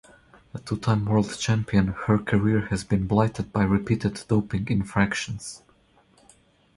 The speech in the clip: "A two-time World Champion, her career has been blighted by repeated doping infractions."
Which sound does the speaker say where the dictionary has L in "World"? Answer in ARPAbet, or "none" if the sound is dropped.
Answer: L